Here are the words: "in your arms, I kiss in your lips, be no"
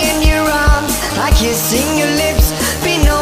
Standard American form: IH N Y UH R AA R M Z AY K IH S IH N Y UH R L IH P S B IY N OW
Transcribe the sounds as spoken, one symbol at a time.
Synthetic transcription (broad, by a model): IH N Y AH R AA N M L AY K IH S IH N Y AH R L IH P S B IY N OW